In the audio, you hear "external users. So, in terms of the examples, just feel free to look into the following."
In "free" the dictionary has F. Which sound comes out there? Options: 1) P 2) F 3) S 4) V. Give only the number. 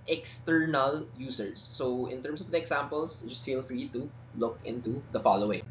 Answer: 2